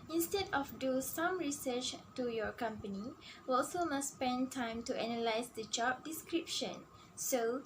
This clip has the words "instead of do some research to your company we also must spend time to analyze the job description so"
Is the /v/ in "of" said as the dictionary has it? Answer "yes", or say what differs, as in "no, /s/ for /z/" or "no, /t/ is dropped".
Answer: no, /f/ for /v/